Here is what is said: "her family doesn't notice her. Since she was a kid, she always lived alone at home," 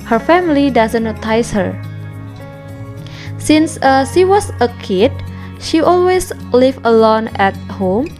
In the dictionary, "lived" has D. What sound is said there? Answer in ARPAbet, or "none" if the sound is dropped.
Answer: none